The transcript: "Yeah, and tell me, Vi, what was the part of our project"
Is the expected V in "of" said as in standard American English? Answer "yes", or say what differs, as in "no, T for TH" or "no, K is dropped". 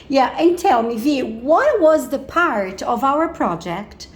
yes